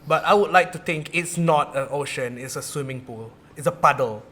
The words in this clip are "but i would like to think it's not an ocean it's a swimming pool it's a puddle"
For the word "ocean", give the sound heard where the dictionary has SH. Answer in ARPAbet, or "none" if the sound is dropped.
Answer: SH